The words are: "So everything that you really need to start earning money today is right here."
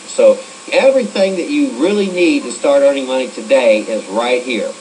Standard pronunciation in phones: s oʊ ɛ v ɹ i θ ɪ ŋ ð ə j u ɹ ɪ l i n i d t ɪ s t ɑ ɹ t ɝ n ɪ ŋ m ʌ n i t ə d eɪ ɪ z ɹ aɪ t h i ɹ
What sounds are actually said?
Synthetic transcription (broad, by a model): s oʊ ɛ v ɹ i θ ɪ ŋ ð ə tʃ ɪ ɹ ɪ l i n i d t ɪ s t ɑ ɹ t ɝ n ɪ ŋ m ʌ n i t ə d eɪ ɪ z ɹ aɪ t h i ɹ